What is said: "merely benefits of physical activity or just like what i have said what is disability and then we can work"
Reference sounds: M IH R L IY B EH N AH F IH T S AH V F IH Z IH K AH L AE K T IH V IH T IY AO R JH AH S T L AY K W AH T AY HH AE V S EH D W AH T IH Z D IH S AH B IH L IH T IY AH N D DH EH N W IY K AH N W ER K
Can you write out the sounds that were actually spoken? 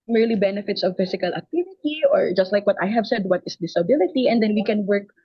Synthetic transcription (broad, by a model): M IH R L IY B EH N AH F IH T S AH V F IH S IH K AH L AE K T IH V IH T IY AO R JH AH S T L AY K W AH T AY HH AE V S EH D W AH T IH S D IH S AH B IH L IH T IY AH N D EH N W IY K AH N W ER K